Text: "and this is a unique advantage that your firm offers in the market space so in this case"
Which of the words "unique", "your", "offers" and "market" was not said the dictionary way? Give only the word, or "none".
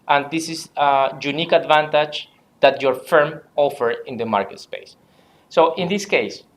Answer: offers